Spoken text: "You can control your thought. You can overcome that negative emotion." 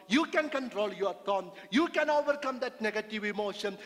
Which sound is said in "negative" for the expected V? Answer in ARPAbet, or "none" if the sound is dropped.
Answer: V